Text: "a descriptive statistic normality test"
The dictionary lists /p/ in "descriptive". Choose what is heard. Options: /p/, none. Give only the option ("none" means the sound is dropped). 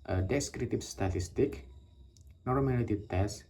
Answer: none